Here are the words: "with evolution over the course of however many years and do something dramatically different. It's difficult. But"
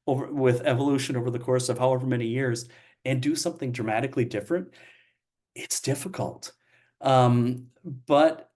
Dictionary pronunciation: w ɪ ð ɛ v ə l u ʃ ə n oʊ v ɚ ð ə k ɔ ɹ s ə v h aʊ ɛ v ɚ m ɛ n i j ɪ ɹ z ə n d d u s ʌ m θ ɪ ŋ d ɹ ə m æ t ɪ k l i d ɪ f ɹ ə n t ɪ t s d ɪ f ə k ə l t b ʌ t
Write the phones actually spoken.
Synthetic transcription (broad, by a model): w ɪ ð ɛ v ə l u ʃ ə n oʊ v ɚ ð ə k ɔ ɹ s ə v h aʊ ɛ v ɚ m ɛ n i j ɪ ɹ z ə n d d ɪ s ʌ m θ ɪ ŋ d ɹ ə m æ t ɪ k l i d ɪ f ɹ ə n t ɪ t s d ɪ f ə k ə l t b ʌ t